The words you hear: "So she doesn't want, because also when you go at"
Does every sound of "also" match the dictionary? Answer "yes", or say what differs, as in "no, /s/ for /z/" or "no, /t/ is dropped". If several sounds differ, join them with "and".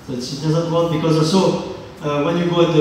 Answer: no, /l/ is dropped